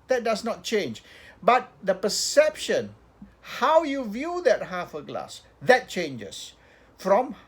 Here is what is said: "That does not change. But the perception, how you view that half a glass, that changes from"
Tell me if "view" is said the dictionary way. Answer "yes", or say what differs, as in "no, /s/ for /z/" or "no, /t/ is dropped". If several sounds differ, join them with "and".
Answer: yes